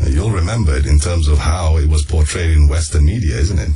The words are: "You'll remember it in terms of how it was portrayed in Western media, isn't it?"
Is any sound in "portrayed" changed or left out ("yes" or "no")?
no